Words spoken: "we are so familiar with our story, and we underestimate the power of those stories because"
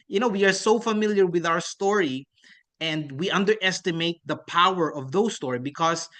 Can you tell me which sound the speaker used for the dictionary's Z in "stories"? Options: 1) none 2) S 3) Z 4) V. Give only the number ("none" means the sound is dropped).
1